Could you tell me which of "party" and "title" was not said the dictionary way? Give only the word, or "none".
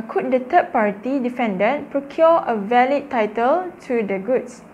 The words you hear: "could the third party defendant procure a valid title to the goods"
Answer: none